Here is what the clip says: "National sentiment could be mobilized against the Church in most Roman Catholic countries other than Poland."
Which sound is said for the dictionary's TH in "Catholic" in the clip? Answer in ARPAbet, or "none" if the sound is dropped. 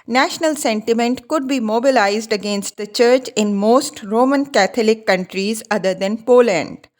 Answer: T